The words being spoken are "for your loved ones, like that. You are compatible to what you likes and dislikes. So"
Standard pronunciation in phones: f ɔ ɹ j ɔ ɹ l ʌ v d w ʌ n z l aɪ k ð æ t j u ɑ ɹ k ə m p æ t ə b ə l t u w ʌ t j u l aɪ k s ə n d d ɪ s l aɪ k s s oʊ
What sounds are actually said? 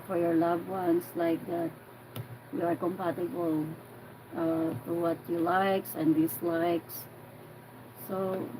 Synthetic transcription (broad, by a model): f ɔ ɹ j ɔ ɹ l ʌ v w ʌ n s l aɪ k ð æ t j u ɑ ɹ k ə m p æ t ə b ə l t u w ʌ t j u l aɪ k s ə n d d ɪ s l aɪ k s s oʊ